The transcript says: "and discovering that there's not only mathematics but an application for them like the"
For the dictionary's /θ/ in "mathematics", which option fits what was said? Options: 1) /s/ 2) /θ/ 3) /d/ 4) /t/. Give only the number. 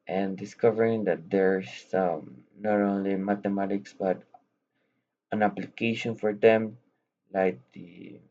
4